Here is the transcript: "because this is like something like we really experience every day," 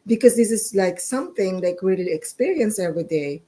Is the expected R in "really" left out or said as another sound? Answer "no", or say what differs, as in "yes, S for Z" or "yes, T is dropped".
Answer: yes, L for R